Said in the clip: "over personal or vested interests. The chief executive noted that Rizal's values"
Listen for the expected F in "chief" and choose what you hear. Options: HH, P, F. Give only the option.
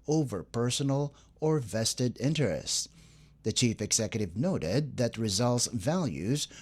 F